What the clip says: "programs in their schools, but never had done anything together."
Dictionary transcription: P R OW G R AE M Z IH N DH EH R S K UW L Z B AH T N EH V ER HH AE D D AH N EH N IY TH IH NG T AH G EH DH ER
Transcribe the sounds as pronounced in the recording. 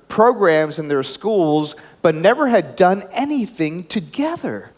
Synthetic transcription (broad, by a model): P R OW G R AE M Z IH N DH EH R S K UW L Z B AH T N EH V ER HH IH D D AH N EH N IY TH IH NG T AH G EH DH ER